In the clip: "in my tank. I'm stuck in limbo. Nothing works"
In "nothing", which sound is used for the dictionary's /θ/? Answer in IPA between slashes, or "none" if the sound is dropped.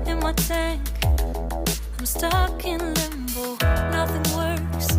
/θ/